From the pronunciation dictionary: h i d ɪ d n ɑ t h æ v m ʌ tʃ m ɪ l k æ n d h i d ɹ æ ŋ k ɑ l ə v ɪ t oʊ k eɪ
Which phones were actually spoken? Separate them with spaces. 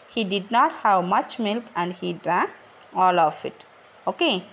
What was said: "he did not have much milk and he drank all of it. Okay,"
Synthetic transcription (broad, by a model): h i d ɪ d n ɑ t h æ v m ʌ tʃ m ɪ l k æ n d h i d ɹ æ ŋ ɑ l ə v ɪ t oʊ k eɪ